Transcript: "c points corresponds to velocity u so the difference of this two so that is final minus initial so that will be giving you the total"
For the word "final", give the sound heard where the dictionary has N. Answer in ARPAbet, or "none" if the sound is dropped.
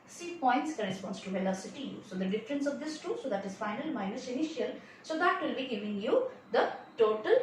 N